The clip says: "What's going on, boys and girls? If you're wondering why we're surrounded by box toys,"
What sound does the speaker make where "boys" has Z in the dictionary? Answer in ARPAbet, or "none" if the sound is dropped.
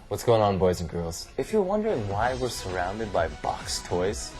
Z